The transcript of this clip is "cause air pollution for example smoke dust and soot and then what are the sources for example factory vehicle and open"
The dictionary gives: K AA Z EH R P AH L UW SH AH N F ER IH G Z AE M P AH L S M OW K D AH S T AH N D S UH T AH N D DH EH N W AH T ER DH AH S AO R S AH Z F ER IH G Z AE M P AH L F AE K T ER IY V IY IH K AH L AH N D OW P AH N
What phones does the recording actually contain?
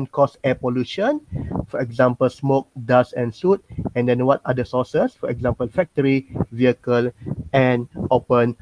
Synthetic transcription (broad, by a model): K AA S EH P AH L UW SH AH N F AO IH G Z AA M P AH L S M OW K D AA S AH N S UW T AH N D EH N W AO T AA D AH S AO S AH S F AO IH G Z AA M P AH L F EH K T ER IY V IY IH K AH L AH N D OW P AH N